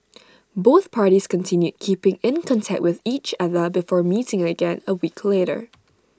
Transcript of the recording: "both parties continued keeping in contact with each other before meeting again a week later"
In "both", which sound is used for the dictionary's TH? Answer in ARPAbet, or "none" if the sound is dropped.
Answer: TH